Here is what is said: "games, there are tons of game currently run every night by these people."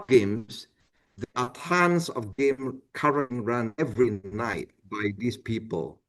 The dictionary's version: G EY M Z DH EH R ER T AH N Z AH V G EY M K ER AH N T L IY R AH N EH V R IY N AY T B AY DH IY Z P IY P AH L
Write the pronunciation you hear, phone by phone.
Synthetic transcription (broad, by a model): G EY M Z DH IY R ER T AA N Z AH V G EY M K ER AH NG R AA N EH V R IY N AY T B AY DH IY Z P IY P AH L